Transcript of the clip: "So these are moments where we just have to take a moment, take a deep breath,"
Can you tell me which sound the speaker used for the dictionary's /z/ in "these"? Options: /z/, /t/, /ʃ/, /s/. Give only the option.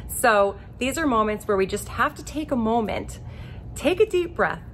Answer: /z/